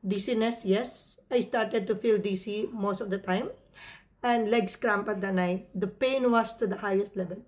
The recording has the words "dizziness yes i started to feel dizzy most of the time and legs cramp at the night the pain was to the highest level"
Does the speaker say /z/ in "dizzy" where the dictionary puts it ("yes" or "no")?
no